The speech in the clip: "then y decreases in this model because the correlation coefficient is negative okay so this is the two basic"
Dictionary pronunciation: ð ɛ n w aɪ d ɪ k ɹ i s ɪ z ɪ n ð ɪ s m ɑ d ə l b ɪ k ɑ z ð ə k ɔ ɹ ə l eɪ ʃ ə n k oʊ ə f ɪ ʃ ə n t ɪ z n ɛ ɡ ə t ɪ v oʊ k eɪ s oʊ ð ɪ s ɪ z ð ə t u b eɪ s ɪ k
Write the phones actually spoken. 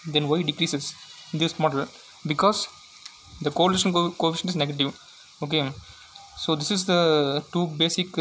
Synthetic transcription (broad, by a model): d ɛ n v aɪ d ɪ k ɹ i s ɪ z ɪ n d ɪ s m ɑ d ə l b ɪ k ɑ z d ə k ɔ ɹ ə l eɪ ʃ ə n k oʊ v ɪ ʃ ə n ɪ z n ɛ ɡ ə t ɪ v oʊ k eɪ s oʊ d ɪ s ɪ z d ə t u b eɪ s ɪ k